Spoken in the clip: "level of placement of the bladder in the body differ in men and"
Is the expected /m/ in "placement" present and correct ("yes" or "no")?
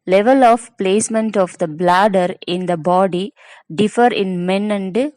yes